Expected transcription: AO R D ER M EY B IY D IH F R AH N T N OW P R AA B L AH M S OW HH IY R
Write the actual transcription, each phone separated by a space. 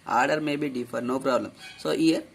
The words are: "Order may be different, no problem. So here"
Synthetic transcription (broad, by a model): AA R D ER M EY B IY D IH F AH T N OW P R AA B L AH M S OW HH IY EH